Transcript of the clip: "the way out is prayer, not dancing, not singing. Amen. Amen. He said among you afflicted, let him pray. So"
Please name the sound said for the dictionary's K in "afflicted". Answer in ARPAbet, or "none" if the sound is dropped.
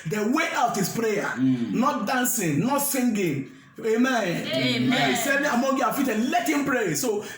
none